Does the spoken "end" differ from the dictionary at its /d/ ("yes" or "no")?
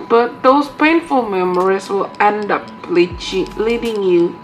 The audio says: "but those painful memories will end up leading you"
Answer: no